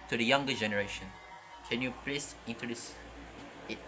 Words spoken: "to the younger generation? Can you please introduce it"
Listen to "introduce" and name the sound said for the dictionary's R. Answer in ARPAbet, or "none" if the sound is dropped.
none